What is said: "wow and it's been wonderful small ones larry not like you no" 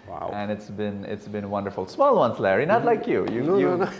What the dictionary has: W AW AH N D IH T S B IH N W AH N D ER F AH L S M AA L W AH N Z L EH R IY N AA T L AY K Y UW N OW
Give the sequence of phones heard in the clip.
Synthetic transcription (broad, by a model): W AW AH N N IH T S B IH N W AH N D ER F AH L S M AA L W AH N S L EH R IY N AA T L AY K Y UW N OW